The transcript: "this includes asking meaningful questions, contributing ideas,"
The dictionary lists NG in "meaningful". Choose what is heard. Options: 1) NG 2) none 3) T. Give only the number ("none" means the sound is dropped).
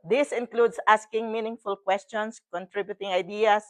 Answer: 1